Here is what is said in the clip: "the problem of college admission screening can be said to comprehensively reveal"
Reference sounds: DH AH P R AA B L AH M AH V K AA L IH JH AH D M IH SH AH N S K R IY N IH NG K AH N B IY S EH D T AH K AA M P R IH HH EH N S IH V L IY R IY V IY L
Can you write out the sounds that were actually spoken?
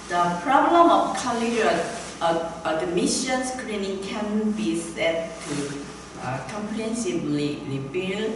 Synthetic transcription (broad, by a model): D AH P R AA B L AH M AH F K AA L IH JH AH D M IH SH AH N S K R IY N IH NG K AH N B IY S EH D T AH K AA M P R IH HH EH N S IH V L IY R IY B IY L